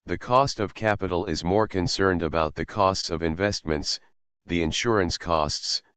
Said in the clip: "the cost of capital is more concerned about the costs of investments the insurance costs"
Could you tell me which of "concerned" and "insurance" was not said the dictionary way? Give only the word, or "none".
none